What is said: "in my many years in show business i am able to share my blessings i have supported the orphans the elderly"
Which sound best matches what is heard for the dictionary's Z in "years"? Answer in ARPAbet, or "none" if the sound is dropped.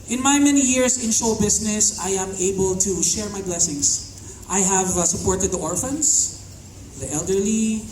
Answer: S